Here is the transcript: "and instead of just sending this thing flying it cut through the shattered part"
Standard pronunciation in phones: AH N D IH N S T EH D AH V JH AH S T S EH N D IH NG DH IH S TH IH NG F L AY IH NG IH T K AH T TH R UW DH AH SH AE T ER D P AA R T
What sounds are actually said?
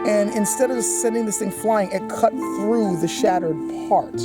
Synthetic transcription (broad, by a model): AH N IH N S T EH D AH V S S EH N D IH NG DH IH S TH IH NG F L AY IH NG IH T K AH T TH R UW DH AH SH AE T ER D P AA R T